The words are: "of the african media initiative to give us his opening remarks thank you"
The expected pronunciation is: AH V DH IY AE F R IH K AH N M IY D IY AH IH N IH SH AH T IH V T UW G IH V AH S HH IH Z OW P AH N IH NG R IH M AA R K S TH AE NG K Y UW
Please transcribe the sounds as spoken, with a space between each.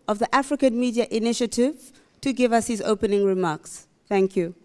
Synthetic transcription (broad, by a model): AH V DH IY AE F R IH K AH N M IY D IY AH IH N IH SH AH T IH V T UW G IH V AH S HH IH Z OW P AH N IH NG R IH M AA K S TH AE NG K Y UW